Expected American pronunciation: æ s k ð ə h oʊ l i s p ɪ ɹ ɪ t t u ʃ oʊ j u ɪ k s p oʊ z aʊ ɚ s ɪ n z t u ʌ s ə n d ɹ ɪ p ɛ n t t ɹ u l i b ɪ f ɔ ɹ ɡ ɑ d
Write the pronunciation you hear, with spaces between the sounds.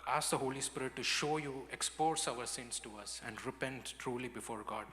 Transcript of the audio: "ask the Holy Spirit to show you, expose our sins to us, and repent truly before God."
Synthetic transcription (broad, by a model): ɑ s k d ə h oʊ l i s p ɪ ɹ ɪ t t u ʃ oʊ j u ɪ k s p oʊ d aʊ ɚ s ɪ n s t u ʌ s ə n d ɹ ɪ p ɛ n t t ɹ u l i b ɪ f ɔ ɹ ɡ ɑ d